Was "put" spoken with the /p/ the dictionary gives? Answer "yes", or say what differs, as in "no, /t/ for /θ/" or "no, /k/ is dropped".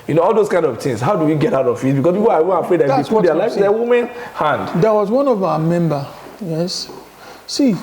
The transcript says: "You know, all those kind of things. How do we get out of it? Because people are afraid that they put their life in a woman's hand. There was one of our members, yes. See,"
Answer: no, /f/ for /p/